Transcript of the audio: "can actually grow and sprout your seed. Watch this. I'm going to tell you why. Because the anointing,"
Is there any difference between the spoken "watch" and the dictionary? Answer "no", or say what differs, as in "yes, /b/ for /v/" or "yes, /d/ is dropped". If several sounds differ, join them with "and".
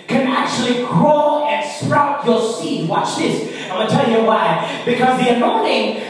no